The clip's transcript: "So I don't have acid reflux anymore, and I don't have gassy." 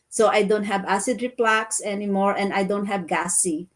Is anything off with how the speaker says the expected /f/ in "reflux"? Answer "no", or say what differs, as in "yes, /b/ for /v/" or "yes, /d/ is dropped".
yes, /p/ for /f/